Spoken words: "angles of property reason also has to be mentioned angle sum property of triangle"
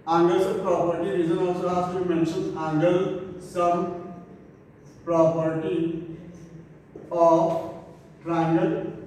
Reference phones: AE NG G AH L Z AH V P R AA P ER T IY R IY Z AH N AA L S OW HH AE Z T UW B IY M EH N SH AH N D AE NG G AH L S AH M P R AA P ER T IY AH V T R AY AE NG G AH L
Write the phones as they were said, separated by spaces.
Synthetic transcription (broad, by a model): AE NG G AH L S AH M P R AA P ER T IY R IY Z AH N AA L S OW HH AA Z T UW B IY M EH N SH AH N AE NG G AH L S AH M P R AA P ER T IY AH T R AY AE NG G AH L